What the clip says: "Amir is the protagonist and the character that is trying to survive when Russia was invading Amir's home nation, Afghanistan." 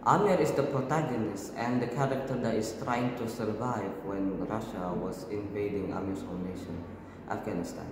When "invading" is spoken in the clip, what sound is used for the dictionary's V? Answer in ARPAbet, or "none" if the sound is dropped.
V